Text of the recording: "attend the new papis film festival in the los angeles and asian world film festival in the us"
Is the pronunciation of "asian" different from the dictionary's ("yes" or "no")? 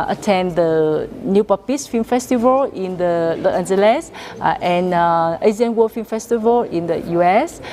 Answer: yes